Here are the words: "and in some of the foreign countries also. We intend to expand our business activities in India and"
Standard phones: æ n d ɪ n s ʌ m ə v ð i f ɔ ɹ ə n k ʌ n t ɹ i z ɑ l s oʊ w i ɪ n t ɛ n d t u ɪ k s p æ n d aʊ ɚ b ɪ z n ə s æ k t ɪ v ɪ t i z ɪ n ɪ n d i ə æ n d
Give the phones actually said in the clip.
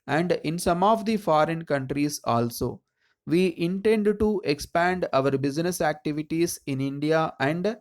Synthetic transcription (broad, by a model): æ n d ɪ n s ʌ m ə v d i f ɔ ɹ ə n k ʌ n t ɹ i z ɑ l s oʊ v i ɪ n t ɛ n d t u ɪ k s p æ n d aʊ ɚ b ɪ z n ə s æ k t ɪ v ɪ t i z ɪ n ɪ n d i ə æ n d